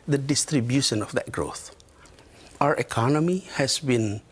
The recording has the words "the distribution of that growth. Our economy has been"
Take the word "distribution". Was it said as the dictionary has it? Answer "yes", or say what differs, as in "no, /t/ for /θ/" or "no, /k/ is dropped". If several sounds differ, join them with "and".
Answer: yes